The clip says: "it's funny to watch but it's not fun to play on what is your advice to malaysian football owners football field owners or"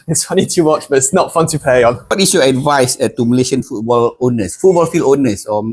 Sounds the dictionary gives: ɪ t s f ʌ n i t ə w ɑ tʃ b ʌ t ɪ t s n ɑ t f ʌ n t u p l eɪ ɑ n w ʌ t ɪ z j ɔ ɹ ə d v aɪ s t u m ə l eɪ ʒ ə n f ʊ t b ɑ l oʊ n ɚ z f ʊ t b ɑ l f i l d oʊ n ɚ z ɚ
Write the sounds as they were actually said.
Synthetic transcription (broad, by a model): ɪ t s f ʌ n i t ə w ɑ tʃ b ʌ t ɪ t s n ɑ t f ʌ n t u p l eɪ ɑ n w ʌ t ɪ s j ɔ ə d v aɪ s t u m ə l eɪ ʃ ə n f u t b ɑ l oʊ n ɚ s f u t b ɑ l f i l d oʊ n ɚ s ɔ